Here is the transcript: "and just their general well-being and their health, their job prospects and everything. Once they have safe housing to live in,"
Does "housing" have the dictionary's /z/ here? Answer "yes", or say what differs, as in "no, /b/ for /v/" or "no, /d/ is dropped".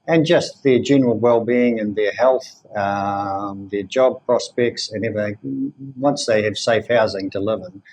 yes